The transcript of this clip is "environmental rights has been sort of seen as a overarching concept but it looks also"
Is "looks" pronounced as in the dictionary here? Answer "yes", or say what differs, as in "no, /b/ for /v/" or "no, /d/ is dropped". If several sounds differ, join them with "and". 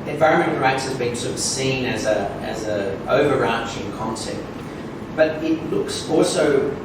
yes